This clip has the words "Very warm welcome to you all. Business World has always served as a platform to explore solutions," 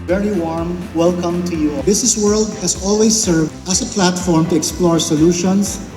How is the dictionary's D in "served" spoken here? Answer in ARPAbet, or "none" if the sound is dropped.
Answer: none